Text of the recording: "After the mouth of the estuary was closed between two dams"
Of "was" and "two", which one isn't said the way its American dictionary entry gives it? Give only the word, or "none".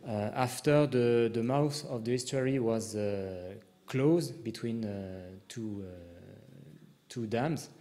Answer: none